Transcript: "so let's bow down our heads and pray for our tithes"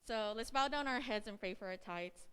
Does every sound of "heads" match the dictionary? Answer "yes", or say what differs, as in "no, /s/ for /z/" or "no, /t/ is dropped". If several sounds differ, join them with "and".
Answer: yes